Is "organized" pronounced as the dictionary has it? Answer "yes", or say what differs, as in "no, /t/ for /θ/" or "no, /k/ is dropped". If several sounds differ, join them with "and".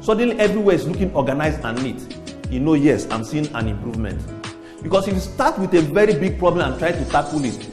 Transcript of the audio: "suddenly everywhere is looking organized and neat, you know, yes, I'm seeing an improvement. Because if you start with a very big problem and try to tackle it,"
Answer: no, /d/ is dropped